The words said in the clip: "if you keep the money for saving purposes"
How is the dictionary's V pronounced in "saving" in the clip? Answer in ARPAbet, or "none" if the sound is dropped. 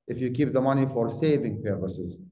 V